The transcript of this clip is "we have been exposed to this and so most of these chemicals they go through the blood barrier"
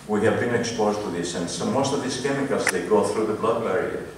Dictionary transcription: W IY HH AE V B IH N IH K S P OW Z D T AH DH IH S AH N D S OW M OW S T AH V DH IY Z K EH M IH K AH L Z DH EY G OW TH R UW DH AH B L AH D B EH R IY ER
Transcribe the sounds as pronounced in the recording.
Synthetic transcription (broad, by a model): W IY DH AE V B IH N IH K S P OW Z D T AH DH IH S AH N S OW M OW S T AH V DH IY S K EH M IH K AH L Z DH EY G OW TH R UW DH AH B L AH D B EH R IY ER